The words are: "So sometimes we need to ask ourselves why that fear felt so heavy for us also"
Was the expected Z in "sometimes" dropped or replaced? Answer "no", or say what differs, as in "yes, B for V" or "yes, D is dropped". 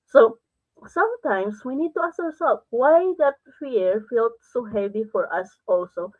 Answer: yes, S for Z